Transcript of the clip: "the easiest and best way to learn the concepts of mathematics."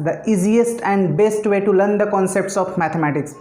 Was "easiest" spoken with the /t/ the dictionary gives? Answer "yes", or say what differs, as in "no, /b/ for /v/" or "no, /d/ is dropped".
yes